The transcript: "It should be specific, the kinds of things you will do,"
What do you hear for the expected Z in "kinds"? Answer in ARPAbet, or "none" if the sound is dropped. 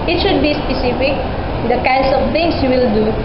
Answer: S